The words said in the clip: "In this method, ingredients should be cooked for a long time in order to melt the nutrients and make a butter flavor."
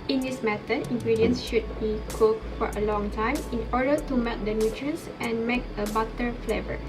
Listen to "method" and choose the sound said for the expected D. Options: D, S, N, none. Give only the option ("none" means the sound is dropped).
none